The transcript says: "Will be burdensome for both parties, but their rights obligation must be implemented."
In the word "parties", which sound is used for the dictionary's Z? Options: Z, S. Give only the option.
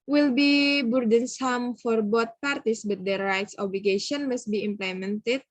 S